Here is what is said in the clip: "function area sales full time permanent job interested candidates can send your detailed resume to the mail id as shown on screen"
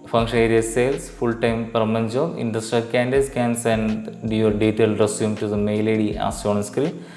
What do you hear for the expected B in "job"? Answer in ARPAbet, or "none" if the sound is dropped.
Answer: none